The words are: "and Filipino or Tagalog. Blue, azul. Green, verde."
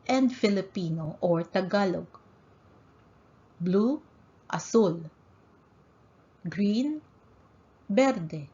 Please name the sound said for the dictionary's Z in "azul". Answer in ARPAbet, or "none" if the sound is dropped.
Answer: S